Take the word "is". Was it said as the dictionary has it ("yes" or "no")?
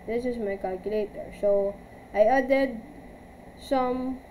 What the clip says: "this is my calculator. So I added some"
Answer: no